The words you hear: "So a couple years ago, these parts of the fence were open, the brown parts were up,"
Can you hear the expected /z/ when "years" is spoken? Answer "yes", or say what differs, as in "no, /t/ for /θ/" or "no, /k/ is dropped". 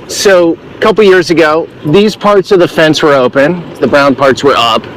yes